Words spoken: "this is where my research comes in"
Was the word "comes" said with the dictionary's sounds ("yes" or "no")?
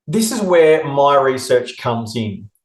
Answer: yes